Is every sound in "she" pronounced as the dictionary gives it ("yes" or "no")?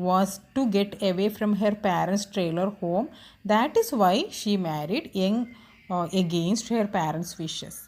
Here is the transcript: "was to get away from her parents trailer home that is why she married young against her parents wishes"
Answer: yes